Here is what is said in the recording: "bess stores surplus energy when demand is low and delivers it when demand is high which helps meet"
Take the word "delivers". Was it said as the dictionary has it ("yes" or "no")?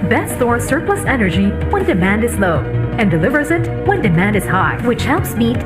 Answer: yes